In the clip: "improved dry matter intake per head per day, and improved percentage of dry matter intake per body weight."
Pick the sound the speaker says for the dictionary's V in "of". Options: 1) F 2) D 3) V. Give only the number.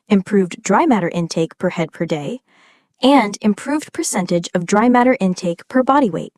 3